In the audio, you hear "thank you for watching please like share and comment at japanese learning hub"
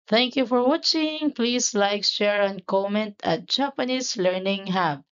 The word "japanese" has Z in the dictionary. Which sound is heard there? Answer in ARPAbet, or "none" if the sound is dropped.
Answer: S